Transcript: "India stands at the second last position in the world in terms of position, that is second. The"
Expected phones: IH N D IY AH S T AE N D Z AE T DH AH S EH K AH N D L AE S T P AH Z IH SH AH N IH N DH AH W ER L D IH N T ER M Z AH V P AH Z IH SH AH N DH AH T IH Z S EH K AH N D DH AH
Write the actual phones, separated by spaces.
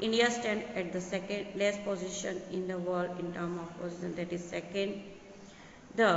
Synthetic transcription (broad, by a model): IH N D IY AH S T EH N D AE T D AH S EH K AH N D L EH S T P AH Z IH SH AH N IH N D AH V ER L D IH N T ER M AH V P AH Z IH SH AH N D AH T IH Z S EH K AH N D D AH